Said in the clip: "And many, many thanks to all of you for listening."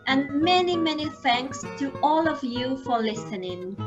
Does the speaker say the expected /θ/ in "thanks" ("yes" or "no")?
yes